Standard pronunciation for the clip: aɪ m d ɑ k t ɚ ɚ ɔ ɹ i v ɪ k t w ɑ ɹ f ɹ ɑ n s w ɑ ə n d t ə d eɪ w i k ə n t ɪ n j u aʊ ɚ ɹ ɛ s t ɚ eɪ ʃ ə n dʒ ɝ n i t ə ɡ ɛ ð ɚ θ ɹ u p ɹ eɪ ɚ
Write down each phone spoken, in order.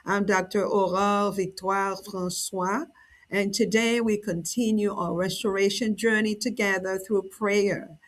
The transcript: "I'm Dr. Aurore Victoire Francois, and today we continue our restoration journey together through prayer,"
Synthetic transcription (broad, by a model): aɪ m d ɑ k t ɚ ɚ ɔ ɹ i v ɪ k t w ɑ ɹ f ɹ ɑ n s w ɑ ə n t ə d eɪ w i k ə n t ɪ n j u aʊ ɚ ɹ ɛ s t ɚ eɪ ʃ ə n dʒ ɝ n i t ə ɡ ɛ ð ɚ θ ɹ u p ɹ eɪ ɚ